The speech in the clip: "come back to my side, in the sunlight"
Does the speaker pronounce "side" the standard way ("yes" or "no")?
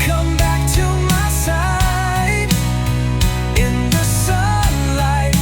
no